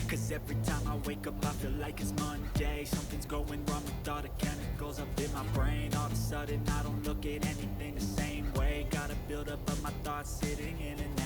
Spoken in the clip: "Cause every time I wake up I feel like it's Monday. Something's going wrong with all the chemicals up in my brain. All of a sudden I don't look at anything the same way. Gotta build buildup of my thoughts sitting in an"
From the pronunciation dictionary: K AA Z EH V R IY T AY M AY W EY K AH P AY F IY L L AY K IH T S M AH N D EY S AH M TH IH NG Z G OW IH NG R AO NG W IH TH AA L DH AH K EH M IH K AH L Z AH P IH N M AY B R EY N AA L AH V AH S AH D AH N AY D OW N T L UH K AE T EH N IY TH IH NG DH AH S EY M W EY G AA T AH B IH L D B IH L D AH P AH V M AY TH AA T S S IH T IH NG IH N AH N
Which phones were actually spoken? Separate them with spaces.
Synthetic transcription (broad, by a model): K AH Z EH V R IY T AY M AY W EY K AH P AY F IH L L AY K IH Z M AH N D EY S AH M TH IH NG Z G OW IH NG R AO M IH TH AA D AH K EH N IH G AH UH Z AH P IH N M AY B R EY N AA L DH AH S AH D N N AY D OW N T L UH K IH T EH N IY TH IH NG DH AH S EY M W EY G AA T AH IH B IH L D AH P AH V M AY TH AA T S S IH T IH NG IH N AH N